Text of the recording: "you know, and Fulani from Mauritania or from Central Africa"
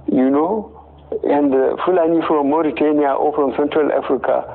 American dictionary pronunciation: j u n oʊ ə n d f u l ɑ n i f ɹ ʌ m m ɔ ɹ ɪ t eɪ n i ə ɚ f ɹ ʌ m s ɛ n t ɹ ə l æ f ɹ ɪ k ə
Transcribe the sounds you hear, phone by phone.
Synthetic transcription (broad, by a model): j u n oʊ ə n d f u l ɑ n i f ɹ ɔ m m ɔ ɹ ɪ t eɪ n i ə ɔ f ɹ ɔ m s ɛ n t ɹ ə l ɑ f ɹ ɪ k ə